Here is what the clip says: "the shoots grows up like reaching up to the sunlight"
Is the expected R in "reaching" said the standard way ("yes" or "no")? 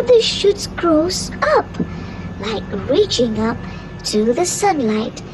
yes